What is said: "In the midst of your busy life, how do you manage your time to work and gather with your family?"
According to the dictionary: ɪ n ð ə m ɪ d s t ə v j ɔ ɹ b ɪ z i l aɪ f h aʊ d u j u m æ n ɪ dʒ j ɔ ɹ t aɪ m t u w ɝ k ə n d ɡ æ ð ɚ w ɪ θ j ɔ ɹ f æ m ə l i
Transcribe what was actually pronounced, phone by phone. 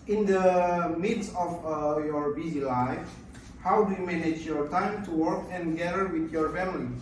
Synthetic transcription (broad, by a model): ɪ n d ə m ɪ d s ə f j ɔ ɹ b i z i l aɪ f h aʊ d u j u m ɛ n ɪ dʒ j ɔ ɹ t aɪ m t u w ɝ k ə n ɡ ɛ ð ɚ w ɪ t j ɔ ɹ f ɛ m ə l i